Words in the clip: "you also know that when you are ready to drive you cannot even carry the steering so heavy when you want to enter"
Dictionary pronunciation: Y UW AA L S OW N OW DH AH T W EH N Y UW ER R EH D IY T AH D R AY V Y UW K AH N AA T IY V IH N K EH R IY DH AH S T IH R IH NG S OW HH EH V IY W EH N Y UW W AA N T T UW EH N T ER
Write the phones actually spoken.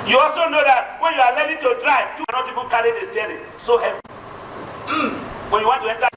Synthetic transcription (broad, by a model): Y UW AA L S OW N OW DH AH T W EH N Y UW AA L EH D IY T AH D R AY V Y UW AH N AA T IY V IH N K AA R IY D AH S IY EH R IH S OW HH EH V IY W EH N Y UW W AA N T T UW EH N T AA